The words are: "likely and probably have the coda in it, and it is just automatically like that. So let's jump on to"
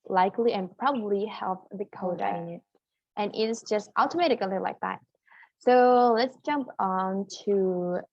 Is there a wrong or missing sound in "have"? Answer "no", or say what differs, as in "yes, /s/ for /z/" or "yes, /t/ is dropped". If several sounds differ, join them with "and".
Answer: yes, /p/ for /v/